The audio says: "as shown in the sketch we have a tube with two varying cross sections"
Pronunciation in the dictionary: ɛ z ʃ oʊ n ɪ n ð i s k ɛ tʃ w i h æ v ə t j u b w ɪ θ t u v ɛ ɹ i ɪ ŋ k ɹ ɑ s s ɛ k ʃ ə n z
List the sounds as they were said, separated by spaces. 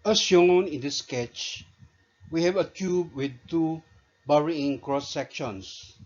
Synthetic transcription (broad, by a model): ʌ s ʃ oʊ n ɪ n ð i s k ɛ tʃ w i h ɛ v ə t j u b w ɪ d t u b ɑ ɹ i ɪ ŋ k ɹ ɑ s s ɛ k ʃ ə n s